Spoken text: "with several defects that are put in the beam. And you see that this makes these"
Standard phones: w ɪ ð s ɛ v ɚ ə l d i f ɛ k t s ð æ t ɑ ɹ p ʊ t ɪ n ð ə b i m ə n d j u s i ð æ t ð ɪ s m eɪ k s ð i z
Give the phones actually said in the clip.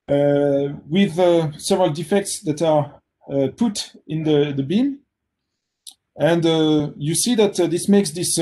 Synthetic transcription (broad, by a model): w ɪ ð s ɛ v ɚ ə l d i f ɛ k t s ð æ t ɑ ɹ p ʊ t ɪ n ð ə b i m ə n d j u s i ð æ t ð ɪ s m eɪ k s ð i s